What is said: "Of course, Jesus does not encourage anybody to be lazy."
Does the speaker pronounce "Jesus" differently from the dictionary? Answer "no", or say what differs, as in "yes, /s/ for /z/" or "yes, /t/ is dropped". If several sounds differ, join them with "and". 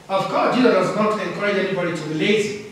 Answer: yes, /s/ is dropped